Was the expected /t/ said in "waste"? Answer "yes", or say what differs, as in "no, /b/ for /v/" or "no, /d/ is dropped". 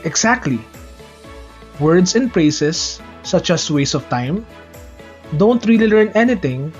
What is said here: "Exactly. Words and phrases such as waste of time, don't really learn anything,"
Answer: no, /t/ is dropped